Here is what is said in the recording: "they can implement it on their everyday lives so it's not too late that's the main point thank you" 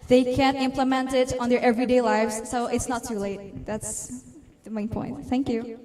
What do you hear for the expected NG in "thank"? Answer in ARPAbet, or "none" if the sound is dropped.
NG